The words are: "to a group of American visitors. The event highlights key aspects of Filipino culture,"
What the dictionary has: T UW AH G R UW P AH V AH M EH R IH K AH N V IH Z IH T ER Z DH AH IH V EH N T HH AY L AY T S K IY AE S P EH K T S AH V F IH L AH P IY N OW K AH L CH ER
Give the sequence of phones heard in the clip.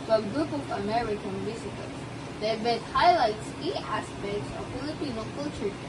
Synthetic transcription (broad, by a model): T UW AH G R UW P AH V AH M EH R IH K AH N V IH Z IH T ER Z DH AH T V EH T HH AY L AY T S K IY AE S P EH K T S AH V F IH L AH P IY N OW K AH L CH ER